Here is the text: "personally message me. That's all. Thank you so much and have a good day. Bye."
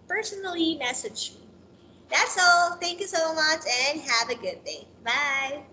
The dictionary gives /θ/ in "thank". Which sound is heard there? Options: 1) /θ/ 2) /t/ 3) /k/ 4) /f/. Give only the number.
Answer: 1